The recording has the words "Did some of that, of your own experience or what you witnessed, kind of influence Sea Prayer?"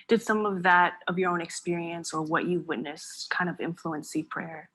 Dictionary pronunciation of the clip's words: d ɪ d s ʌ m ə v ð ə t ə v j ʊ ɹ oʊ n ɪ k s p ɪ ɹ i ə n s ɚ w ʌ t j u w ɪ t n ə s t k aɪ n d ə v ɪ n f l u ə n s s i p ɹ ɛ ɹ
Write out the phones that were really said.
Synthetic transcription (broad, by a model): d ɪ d s ʌ m ə v ð ə t ə v j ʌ ɹ oʊ n ɪ k s p ɪ ɹ i ə n s ɚ w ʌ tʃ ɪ w ɪ t n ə s k aɪ n d ə v ɪ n f l u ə n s s i p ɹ ɛ ɹ